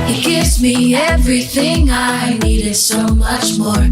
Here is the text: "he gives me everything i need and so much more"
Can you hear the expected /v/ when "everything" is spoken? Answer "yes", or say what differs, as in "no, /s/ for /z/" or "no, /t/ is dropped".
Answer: yes